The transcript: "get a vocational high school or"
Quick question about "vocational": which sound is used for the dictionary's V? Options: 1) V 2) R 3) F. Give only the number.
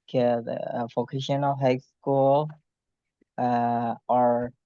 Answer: 3